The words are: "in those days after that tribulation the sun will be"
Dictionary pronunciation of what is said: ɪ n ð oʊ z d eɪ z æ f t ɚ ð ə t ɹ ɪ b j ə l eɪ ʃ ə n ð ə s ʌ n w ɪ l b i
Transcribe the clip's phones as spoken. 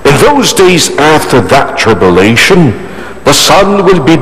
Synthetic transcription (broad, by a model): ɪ n ð oʊ z d eɪ z æ f t ɚ ð ə t ɹ ɪ b j ə l eɪ ʃ ə n ð ə s ʌ n w ɪ l b i